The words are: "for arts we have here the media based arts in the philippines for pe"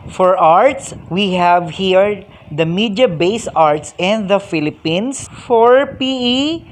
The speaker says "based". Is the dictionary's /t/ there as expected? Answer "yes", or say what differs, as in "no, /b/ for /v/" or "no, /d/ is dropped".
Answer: no, /t/ is dropped